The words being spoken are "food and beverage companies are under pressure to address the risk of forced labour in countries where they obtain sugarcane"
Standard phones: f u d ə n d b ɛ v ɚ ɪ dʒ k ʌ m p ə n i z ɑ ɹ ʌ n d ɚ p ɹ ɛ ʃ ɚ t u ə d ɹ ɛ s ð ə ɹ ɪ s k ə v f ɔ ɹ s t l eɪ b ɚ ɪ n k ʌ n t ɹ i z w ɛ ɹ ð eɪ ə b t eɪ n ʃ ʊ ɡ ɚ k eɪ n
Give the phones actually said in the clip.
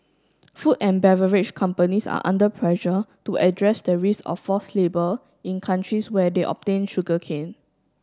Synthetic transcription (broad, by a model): f u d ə n b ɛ v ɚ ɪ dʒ k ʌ m p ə n i s ɑ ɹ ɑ n d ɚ p ɹ ɛ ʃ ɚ t u ə d ɹ ɛ s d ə ɹ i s ə f ɔ s l eɪ b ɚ ɪ n k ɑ n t ɹ i s w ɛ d eɪ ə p t eɪ n ʃ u ɡ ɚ k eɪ n